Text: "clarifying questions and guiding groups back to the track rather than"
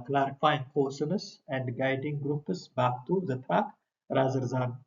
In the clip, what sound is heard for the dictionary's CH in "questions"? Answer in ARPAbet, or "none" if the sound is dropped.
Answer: none